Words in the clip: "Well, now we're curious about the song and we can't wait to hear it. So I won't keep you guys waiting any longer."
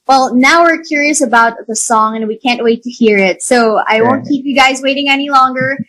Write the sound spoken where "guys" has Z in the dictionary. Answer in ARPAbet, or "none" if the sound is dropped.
Z